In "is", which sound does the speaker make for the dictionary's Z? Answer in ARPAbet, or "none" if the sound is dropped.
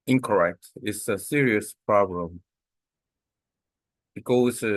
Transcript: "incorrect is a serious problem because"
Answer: S